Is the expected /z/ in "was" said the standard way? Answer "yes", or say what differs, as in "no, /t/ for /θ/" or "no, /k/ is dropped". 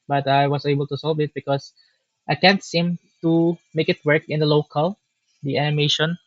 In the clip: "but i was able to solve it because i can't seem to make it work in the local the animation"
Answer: no, /s/ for /z/